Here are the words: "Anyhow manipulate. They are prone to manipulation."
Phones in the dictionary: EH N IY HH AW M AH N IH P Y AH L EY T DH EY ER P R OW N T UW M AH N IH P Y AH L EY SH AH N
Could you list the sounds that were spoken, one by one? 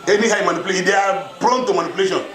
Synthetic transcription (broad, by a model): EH N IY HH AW M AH N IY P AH L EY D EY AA B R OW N T UW M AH N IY P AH L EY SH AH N